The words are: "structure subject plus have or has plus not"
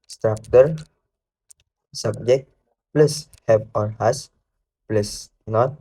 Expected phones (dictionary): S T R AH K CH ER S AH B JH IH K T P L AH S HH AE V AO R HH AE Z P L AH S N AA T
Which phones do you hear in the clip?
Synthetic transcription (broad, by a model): S T R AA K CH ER S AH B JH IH K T P L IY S HH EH P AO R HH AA S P L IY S N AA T